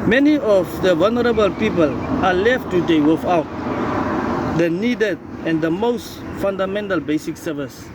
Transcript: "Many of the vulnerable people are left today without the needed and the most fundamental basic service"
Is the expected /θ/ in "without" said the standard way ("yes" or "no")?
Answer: no